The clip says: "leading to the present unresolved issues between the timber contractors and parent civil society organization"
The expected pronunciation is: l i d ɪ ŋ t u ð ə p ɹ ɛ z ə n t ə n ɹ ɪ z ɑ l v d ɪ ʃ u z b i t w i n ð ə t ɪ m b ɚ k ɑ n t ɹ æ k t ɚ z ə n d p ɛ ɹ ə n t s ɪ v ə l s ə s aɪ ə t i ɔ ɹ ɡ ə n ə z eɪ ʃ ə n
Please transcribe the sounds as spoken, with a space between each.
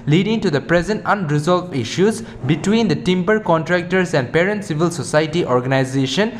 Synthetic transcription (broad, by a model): l i d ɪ ŋ t u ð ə p ɹ ɛ z ə n t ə n ɹ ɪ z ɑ l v ɪ ʃ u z b i t w i n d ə t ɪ m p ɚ k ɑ n t ɹ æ k t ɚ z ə n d p ɛ ɹ ə n t s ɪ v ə l s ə s aɪ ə t i ɔ ɹ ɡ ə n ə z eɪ ʃ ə n